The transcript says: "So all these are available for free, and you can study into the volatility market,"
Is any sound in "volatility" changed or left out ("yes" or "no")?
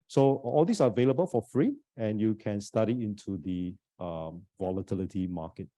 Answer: no